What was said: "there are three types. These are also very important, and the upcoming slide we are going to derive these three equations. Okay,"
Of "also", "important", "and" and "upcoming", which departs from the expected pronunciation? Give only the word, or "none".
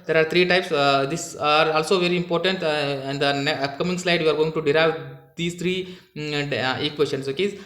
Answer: upcoming